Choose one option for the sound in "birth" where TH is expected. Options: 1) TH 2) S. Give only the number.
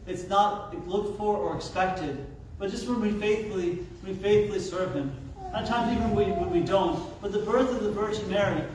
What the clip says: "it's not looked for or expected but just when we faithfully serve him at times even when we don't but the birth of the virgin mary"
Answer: 1